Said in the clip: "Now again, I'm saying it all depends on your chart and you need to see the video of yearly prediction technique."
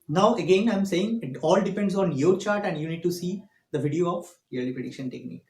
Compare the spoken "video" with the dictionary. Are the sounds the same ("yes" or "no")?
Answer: yes